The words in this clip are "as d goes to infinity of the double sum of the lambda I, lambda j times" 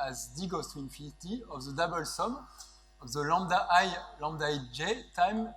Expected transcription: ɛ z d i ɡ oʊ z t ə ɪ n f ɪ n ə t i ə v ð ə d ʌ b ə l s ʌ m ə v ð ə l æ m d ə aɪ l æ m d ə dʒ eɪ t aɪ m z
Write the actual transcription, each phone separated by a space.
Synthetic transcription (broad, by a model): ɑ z d i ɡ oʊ s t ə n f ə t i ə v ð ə d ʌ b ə l s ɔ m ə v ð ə l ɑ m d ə aɪ l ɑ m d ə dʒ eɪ t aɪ m